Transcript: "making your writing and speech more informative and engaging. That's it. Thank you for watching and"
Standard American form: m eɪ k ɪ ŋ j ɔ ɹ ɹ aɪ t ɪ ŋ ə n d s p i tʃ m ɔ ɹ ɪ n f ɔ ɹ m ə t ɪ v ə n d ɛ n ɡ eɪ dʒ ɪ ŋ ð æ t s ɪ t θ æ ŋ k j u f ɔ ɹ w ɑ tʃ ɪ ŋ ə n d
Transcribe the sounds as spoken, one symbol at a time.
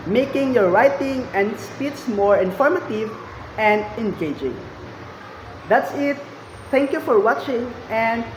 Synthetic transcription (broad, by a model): m eɪ k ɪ ŋ j ɔ ɹ ɹ aɪ t ɪ ŋ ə n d s p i s m ɔ ɹ ɪ n f ɔ ɹ m ə t ɪ v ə n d ɛ n ɡ eɪ dʒ ɪ ŋ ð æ t s ɪ t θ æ ŋ k j u f ɔ ɹ w ɑ tʃ ɪ ŋ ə n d